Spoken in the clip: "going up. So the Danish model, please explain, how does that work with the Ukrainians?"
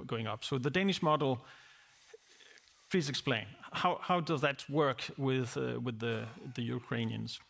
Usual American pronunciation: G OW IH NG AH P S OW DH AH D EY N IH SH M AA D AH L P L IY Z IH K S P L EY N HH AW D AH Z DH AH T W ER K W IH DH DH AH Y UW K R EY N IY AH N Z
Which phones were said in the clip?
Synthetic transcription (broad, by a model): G OW IH NG AH P S OW DH AH D EY N IH SH M AA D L P L IY Z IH K S P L EY N HH AW D AH Z DH AH T W ER K W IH DH DH AH Y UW K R EY N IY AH N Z